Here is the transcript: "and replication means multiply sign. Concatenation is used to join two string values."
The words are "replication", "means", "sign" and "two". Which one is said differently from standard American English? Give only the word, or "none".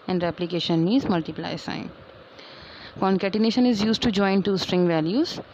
means